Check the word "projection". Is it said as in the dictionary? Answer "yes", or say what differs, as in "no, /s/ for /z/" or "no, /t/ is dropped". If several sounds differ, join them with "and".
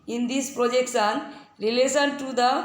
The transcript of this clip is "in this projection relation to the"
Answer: no, /s/ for /ʃ/